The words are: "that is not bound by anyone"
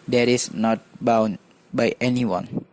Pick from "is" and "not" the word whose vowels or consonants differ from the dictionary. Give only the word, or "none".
is